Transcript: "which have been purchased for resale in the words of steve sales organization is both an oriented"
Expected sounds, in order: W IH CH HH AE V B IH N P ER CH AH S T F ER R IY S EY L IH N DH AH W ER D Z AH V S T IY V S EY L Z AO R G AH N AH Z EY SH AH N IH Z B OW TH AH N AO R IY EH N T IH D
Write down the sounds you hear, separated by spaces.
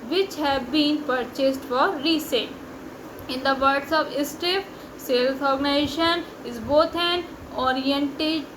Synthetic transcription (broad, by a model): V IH CH HH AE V B IH N P ER CH AH S T F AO R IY S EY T IH N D AH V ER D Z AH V S T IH F S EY L S AO R G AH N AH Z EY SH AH N IH Z B OW T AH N AO R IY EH N T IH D